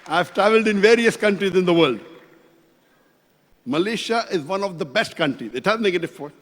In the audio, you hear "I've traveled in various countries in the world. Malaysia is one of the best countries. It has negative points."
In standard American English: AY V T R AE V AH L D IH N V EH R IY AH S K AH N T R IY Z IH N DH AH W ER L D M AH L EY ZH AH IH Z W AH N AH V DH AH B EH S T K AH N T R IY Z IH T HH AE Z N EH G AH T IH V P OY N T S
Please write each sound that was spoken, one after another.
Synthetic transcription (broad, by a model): AY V T R AE V AH L D IH N V EH R IY AH S K AH N T R IY Z IH N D AH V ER L D M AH L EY SH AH IH Z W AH N AH V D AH B EH S T K AH N T R IY Z IH T HH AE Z N EH G AH T IH V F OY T